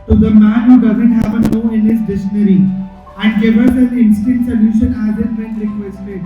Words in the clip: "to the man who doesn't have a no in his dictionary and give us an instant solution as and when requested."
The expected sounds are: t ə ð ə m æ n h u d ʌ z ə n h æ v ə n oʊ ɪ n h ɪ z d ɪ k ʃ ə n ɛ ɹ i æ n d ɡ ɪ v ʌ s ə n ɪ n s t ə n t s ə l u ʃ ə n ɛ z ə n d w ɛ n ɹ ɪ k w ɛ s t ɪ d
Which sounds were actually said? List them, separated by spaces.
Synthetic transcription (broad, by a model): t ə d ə m æ n h u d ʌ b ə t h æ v ə n oʊ ɪ n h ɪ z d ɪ ʃ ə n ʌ ɹ i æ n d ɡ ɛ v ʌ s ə l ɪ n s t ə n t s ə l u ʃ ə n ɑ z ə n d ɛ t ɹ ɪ k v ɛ s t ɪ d